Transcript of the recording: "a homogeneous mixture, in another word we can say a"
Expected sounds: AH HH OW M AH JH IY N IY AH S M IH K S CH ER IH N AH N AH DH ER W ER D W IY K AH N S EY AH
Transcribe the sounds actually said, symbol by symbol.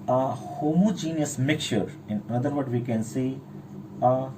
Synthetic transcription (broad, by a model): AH HH OW M AH JH IY N IY AH S M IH K CH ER IH N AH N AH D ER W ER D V IY K AH N S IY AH